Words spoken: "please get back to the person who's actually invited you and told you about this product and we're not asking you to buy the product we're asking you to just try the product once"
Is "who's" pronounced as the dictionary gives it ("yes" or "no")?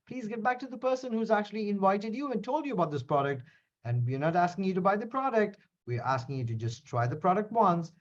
yes